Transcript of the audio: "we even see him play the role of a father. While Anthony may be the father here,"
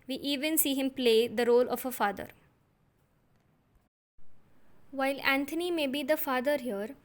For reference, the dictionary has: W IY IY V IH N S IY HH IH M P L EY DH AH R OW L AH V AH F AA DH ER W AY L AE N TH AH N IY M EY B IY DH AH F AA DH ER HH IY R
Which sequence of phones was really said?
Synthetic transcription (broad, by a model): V IY IY V IH N S IY HH IH M P L EY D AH R OW L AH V AH F AA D ER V AY L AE N T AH N IY M EY B IY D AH F AA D ER HH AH R